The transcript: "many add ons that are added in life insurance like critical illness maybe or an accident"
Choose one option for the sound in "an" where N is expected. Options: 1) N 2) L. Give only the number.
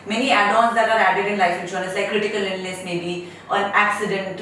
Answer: 1